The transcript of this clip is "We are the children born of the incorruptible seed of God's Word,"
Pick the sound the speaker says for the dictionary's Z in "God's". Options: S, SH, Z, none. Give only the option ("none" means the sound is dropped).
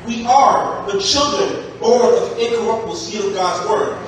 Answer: Z